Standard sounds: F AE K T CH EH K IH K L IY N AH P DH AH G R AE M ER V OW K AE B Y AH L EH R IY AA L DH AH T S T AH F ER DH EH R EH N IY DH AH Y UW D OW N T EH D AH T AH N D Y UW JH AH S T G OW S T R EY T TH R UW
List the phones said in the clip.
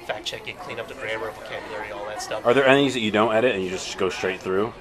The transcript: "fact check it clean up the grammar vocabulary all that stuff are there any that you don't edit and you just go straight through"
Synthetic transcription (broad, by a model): F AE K CH EH K IH K L IY N AH P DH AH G R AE ER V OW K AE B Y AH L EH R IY AA L DH AH T S T AH F ER DH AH R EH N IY DH AH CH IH D OW N T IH D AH T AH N Y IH JH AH S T G OW S T R EY T TH R UW